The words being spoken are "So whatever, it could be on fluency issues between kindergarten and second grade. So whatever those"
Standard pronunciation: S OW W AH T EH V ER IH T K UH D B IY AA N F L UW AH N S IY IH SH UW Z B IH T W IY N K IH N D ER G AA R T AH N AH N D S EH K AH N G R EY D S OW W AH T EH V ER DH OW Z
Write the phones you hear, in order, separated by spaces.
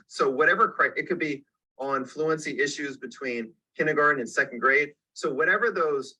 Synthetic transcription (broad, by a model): S OW W AH T EH V ER IH T K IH D B IY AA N F L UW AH N S IY IH SH UW Z B IH T W IY N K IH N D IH G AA R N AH N S EH K N G R EY D S OW W AH T EH V ER DH OW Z